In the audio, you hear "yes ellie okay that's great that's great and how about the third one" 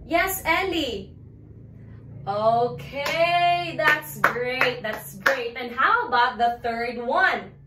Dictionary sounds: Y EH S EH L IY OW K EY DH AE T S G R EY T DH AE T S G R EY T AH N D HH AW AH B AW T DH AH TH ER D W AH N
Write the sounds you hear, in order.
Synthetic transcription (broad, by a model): Y EH S EH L IY OW K EY DH AE T S G R EY T DH AE T S G R EY T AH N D HH AW AH B AW T DH AH TH ER D W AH N